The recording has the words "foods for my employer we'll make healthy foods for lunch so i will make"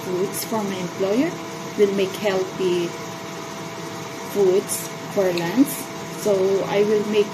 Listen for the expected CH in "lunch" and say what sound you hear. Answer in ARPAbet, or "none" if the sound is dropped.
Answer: S